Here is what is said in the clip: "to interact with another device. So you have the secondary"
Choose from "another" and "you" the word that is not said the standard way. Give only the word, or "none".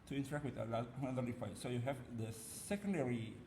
another